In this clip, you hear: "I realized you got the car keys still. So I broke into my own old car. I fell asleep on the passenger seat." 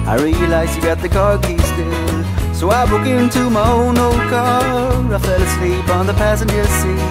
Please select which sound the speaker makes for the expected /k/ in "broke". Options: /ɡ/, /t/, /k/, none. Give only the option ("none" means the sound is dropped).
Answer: none